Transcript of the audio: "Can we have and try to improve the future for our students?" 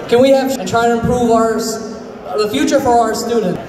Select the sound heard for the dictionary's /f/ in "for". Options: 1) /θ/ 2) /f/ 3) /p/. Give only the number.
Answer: 2